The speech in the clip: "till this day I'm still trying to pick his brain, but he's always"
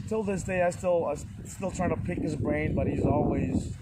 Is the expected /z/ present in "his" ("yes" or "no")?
yes